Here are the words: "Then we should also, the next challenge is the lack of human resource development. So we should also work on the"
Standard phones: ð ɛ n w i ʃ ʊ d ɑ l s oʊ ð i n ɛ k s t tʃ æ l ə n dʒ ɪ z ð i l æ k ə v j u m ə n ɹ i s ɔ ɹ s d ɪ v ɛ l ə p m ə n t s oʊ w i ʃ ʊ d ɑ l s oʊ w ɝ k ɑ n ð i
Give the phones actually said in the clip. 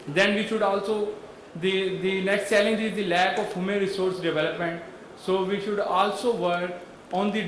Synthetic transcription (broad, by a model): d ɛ n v i ʃ ʊ d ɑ l s oʊ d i n ɛ k s t s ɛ l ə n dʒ ɪ z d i l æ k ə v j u m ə ɹ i s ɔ ɹ s d ɪ v ɛ l ə p m ə n t s oʊ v i ʃ ʊ d ɑ l s oʊ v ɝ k ɑ n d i